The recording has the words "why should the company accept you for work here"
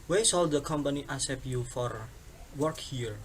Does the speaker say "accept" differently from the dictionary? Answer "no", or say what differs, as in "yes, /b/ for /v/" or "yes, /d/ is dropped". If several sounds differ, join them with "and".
yes, /k/ is dropped